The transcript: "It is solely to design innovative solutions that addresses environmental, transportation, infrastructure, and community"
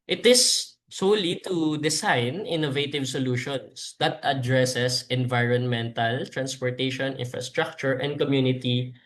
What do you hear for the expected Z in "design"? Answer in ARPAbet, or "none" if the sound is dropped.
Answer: S